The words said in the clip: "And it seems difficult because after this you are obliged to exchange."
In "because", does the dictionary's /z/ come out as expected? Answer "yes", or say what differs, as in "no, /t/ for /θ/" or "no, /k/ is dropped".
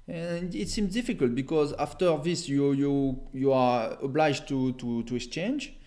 yes